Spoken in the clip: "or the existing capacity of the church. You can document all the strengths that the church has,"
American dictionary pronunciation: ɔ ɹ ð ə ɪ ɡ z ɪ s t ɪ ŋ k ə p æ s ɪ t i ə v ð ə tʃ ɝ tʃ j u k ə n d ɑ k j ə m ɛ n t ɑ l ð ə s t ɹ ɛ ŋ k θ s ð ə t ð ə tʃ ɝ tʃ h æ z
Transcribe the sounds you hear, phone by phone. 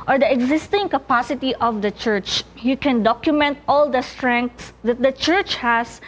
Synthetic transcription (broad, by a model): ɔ ɹ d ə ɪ ɡ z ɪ s t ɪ ŋ k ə p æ s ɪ t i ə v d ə tʃ ɝ tʃ j u k ə n d ɑ k j ə m ɛ n t ɑ l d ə s t ɹ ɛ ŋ k t s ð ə t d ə tʃ ɝ tʃ h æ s